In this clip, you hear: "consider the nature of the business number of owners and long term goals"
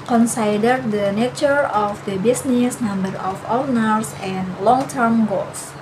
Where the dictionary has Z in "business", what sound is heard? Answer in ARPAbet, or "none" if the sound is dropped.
S